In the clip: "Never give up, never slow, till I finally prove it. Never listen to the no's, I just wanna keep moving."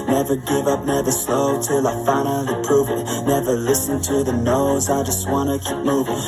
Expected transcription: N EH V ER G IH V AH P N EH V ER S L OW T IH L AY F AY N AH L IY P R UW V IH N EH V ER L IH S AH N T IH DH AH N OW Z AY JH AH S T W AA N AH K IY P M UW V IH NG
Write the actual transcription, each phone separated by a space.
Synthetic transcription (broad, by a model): N EH V ER G IH V AH P N EH V ER S L OW T IH L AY F AY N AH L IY P R UW V IH N EH V ER L IH S AH N T IH DH AH N OW Z AY JH AH S T W AA N AH K IY P M UW V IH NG